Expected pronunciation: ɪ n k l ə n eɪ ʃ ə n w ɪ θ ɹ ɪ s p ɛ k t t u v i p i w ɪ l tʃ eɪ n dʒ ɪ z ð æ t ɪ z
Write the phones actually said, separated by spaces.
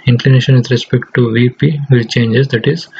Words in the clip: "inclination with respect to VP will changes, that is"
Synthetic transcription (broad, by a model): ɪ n k l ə n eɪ ʃ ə n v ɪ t ɹ ɪ s p ɛ k t t u v i p i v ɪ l tʃ eɪ n dʒ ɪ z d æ t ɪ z